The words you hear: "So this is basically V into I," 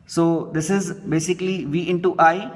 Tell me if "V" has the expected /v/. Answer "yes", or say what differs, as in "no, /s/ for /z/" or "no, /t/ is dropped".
yes